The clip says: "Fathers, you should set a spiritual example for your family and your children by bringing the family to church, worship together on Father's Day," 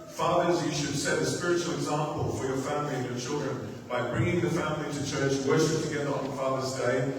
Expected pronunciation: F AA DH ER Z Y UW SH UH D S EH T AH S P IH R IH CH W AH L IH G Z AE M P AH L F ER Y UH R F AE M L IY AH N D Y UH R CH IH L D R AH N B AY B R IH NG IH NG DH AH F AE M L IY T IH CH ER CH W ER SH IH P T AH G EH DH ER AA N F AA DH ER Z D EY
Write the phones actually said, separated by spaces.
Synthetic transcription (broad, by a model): F AA DH ER Z Y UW SH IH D S EH T AH S P IH R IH CH L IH G Z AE M P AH L F ER Y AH R F AE M L IY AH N Y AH R CH IH L D R AH N B AY B R IH NG IH NG DH AH F AE M L IY T IH CH ER CH W ER SH IH P T AH G EH DH ER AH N F AA DH ER Z D EY